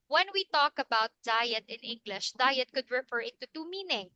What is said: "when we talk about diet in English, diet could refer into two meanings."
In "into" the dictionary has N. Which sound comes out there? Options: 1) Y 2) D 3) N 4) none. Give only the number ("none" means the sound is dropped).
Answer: 4